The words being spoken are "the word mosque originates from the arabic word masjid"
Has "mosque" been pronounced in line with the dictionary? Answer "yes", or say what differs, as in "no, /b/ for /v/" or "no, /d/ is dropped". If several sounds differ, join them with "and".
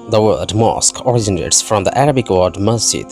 yes